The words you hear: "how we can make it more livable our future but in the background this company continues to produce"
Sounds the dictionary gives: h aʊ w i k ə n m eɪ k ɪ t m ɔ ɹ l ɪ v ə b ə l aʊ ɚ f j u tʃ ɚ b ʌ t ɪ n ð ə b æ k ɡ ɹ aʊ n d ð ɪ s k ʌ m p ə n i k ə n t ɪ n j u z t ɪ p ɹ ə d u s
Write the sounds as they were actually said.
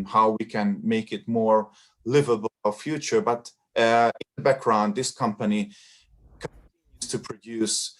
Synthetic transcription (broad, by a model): h aʊ w i k ə n m eɪ k ɪ t m ɔ ɹ l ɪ v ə b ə l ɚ f j u tʃ ɚ b ʌ t ɪ n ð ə b æ k ɡ ɹ aʊ n d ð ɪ s k ʌ m p ə n i k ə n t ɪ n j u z t ɪ p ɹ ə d u s